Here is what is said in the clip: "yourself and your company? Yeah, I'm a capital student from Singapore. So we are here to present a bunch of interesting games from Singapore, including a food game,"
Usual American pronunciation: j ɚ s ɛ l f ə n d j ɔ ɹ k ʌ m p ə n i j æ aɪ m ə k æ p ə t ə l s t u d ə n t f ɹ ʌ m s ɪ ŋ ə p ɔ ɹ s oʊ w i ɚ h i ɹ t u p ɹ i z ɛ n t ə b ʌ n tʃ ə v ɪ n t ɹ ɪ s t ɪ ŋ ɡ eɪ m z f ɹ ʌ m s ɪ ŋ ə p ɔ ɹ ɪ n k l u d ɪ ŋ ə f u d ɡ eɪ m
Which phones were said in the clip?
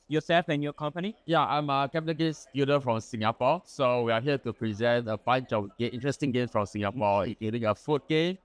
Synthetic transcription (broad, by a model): j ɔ s ɛ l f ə n j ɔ k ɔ m p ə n i j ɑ aɪ m ə k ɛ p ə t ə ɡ s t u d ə f ɹ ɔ m s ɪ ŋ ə p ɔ s oʊ w i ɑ h i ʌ t u p ɹ i z ɛ n t ə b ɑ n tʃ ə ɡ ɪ n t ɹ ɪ s t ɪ ŋ ɡ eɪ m f ɹ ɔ m s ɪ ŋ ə p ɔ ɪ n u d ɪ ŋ ə f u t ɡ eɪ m